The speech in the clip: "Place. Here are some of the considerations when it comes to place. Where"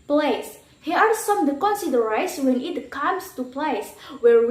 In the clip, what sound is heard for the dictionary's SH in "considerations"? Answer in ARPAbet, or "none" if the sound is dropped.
none